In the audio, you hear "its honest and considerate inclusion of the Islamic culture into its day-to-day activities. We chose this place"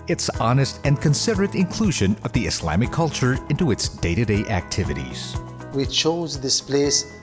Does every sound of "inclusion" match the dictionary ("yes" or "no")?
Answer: yes